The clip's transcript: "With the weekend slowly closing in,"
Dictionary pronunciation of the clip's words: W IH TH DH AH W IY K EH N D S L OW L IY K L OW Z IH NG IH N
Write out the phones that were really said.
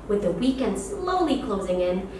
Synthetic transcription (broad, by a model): W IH DH AH W IY K EH N D S L OW L IY K L OW Z IH NG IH N